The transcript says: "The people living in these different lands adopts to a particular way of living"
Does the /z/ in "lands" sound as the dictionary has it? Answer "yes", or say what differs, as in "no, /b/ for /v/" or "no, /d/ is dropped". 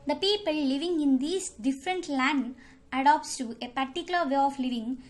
no, /z/ is dropped